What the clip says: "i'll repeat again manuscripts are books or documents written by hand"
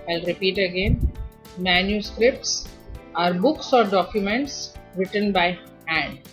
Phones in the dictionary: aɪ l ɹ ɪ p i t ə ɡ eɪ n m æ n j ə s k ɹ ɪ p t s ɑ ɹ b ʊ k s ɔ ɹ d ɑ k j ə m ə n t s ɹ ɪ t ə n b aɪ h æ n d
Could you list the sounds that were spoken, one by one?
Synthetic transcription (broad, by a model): aɪ l ɹ ɪ p i t ə ɡ eɪ n m æ n j ə s k ɹ ɪ p t s ɑ ɹ b ʊ k s ɔ ɹ d ɑ k j ə m ə n t s ɹ ɪ t ə n b aɪ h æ n d